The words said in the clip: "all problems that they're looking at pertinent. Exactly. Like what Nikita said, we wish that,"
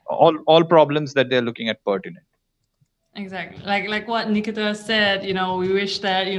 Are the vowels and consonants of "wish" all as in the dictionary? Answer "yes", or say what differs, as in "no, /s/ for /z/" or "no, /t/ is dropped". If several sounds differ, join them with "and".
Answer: yes